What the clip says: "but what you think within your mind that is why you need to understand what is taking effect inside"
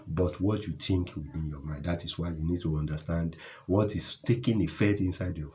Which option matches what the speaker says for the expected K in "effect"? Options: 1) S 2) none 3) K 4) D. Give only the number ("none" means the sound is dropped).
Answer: 2